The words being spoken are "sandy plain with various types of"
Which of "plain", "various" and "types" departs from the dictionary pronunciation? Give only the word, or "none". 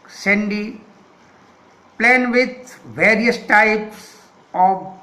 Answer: none